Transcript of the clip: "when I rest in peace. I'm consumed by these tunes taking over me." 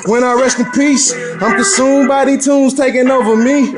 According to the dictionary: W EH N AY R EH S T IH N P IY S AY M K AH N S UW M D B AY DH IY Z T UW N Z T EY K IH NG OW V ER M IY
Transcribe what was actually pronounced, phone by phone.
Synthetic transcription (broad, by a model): W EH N AY R EH S T IH N P IY S AY M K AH S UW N B AY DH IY T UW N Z T EY K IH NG OW V ER M IY